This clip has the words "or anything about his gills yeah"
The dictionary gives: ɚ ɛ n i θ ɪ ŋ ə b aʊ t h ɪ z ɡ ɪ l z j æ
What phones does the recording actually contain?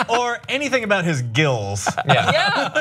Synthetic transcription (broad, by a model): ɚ ɛ n i θ ɪ ŋ ə b aʊ t h ɪ z ɡ ɪ l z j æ